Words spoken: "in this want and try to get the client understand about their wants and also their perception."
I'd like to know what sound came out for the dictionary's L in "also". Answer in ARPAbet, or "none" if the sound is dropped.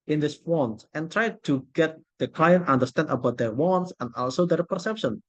L